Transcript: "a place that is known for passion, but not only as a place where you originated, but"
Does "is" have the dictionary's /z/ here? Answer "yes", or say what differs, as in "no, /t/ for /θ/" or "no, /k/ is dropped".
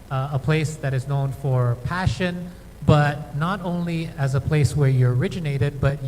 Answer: yes